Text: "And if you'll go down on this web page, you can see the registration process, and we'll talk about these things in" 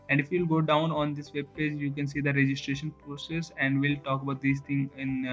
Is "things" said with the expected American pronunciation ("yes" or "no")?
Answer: no